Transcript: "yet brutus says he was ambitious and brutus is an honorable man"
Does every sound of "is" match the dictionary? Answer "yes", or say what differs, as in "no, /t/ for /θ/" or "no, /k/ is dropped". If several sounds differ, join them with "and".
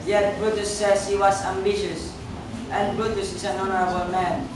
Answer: no, /s/ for /z/